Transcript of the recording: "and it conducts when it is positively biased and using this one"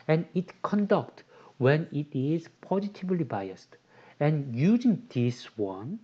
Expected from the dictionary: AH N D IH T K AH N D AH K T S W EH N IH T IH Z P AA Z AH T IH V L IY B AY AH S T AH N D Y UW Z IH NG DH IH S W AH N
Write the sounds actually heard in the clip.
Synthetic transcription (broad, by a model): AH N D IH T K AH N D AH K T W EH N IH T IH Z P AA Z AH T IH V L IY B AY AH S T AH N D Y UW Z IH NG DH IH S W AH N